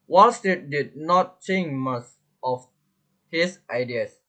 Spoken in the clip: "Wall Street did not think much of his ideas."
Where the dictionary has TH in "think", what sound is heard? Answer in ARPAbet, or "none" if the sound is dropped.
S